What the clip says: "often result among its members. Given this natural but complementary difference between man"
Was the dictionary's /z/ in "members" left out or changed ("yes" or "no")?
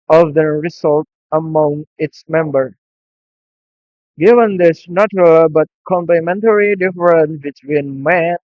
yes